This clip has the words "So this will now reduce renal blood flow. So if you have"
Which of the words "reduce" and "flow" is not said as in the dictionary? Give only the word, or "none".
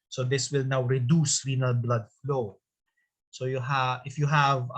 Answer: none